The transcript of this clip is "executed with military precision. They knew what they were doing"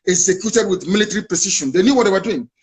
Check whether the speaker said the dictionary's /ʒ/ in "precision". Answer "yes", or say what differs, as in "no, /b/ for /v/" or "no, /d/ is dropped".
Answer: no, /ʃ/ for /ʒ/